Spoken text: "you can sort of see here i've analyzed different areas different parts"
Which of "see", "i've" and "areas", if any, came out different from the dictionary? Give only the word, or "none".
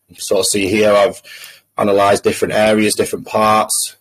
none